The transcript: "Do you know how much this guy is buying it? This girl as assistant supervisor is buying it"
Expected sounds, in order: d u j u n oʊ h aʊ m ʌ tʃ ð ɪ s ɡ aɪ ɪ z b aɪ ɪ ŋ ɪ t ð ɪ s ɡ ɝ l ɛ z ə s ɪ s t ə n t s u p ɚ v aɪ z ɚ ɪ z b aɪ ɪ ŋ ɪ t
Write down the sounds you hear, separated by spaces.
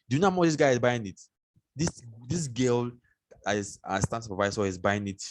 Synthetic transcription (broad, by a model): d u j u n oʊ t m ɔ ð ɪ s ɡ aɪ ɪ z b aɪ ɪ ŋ ɪ t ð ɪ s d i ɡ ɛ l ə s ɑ s t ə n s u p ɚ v aɪ s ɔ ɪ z b aɪ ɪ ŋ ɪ t